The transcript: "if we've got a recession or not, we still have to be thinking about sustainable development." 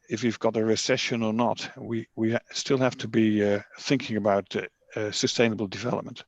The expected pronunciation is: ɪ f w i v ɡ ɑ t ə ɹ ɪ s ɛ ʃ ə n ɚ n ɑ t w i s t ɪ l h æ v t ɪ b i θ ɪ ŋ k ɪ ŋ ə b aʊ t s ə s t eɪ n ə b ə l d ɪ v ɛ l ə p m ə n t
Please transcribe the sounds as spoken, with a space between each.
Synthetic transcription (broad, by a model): ɪ f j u v ɡ ɑ t ə ɹ ɪ s ɛ ʃ ə n ɚ n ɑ t w i s t ɪ l h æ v t ɪ b i θ ɪ ŋ k ɪ ŋ ə b aʊ t s ə s t eɪ n ə b ə l d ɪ v ɛ l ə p m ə n t